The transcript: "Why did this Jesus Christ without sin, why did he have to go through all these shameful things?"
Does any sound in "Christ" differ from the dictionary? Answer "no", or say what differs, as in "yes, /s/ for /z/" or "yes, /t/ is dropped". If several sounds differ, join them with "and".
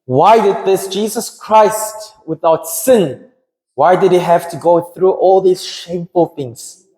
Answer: no